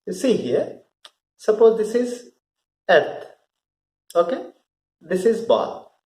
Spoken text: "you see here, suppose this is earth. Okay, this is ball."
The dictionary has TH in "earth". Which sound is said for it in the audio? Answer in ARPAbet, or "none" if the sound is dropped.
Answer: T